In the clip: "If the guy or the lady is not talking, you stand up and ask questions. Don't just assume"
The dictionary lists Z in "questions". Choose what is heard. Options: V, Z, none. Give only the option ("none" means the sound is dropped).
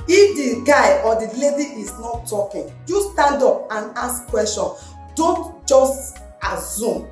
none